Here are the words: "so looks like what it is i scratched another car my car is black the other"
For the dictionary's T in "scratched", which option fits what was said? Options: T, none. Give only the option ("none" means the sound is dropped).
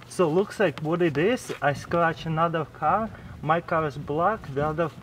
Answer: none